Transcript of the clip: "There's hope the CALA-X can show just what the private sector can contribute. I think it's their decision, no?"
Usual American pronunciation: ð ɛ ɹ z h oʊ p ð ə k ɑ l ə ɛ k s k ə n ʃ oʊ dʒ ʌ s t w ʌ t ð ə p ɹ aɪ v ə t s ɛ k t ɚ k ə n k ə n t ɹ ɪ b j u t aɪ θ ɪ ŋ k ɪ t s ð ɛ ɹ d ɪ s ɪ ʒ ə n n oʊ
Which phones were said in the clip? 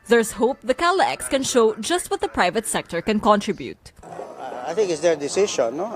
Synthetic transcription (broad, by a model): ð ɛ ɹ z h oʊ p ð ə k ɑ l ə ɛ k s k ə n ʃ oʊ dʒ ʌ s t w ʌ t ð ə p ɹ aɪ v ə t s ɛ k t ɚ k ə n k ə n t ɹ ɪ b j u t aɪ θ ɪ ŋ k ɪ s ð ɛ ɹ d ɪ s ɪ ʃ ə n n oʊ